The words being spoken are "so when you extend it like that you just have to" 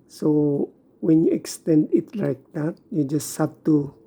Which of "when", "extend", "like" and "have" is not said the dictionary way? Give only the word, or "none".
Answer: have